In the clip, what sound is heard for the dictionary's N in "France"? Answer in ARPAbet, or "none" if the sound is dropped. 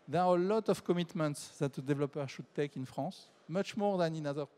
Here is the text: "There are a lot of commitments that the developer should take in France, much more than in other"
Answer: none